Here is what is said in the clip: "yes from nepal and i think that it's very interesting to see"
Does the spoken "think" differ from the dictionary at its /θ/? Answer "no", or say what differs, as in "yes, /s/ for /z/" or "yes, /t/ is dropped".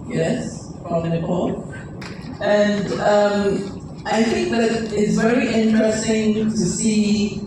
no